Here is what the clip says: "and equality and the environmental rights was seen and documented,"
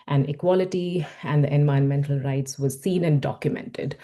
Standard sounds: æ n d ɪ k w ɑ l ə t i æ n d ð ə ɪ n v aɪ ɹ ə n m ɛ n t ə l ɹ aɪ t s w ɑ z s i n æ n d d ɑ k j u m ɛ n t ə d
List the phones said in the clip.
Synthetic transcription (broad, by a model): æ n ɪ k w ɑ l ə t i æ n d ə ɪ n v aɪ ə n m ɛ n t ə l ɹ aɪ t s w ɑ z s i n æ n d d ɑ k j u m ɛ n t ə d